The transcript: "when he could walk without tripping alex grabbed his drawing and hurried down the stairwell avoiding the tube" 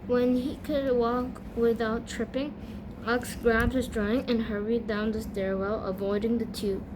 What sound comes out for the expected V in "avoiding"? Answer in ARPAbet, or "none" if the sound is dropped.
V